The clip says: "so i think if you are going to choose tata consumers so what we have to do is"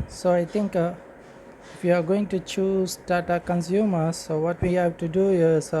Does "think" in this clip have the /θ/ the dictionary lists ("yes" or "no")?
no